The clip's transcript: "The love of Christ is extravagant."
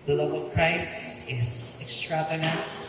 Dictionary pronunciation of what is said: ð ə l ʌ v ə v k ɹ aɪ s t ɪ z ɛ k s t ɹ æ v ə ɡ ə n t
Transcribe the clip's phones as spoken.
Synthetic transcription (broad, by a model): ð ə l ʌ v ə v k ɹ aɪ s ɪ z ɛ k s t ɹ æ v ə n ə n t